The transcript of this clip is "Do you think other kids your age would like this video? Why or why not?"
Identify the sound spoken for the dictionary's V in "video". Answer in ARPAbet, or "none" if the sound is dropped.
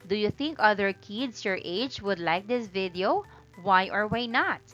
V